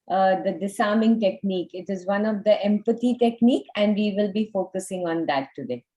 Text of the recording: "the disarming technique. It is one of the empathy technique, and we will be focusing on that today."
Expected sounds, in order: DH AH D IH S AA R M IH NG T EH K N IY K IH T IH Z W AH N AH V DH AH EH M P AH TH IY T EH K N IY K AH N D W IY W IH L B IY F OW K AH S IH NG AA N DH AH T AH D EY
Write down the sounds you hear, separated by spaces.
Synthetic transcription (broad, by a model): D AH D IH S AA M IH NG T EH K N IY K IH T IH Z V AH N AH V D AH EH M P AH T IY T EH K N IY K AH N D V IY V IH L B IY F OW K AH S IH NG AA N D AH T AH D EY